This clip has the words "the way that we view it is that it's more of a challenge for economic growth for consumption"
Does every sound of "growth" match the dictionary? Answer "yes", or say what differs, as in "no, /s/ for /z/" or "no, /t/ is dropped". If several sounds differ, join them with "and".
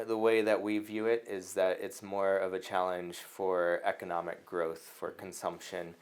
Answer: yes